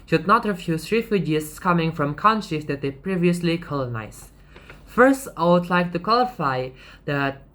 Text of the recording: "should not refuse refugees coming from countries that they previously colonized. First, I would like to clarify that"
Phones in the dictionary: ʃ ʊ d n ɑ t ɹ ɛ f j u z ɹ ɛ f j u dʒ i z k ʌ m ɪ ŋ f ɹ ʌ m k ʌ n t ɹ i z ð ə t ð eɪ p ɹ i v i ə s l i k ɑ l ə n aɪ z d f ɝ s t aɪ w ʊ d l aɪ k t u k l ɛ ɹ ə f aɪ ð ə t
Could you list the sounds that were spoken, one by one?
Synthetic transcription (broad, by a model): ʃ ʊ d n ɑ t ɹ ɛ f j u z ɹ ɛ f j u dʒ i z k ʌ m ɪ ŋ f ɹ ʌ m k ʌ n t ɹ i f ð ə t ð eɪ p ɹ i v i ə s l i k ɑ l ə n aɪ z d f ɝ s t aɪ w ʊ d l aɪ k t u k w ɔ l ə f aɪ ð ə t